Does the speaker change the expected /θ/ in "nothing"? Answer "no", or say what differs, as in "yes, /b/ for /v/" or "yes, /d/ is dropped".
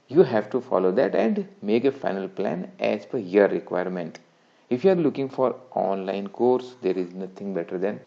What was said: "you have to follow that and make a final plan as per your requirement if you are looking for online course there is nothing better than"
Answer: yes, /t/ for /θ/